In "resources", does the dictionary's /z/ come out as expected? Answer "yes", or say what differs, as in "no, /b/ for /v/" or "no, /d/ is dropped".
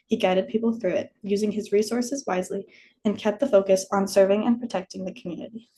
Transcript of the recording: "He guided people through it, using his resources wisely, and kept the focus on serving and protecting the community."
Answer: yes